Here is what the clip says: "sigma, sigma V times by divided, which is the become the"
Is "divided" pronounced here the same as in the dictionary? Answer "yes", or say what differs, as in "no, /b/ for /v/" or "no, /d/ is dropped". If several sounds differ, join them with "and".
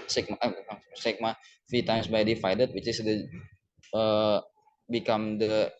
no, /f/ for /v/